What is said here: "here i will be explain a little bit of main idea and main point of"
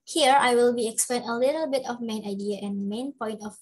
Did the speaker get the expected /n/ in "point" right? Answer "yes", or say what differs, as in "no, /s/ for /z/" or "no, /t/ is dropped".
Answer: yes